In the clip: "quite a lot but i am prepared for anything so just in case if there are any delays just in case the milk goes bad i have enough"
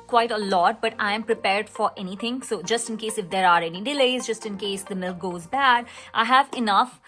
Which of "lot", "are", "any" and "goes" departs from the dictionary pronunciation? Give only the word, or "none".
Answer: none